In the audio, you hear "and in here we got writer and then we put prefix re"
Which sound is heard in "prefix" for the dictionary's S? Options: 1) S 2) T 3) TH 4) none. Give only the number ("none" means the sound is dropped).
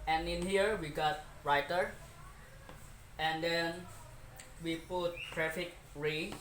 4